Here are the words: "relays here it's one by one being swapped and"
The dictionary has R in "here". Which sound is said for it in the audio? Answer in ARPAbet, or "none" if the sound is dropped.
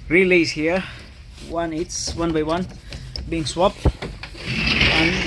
W